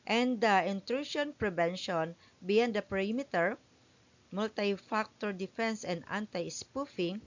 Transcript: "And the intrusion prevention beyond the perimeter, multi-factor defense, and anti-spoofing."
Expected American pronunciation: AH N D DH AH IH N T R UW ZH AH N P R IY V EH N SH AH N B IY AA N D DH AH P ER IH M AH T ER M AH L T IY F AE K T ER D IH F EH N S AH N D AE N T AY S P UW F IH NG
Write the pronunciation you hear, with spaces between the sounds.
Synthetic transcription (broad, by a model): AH N D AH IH N T R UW SH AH N P R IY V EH N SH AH N B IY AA N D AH P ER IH M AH T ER M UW L T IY F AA K T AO D IH F EH N S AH N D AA N T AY S P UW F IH NG